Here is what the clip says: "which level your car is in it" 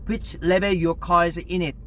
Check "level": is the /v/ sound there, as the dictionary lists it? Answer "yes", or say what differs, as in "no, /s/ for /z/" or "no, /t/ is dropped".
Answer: no, /b/ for /v/